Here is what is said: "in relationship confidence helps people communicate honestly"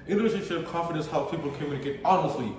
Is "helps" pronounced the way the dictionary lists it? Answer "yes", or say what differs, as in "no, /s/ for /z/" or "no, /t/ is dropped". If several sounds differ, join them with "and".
no, /s/ is dropped